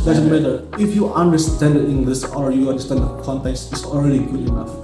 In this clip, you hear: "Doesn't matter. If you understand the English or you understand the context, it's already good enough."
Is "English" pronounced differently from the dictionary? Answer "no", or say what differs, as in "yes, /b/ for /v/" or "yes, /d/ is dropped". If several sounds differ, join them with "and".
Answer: yes, /s/ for /ʃ/